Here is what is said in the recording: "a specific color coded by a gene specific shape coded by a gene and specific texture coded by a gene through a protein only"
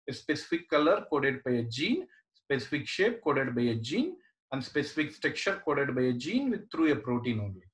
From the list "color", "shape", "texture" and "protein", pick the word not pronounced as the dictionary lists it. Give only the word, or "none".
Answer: texture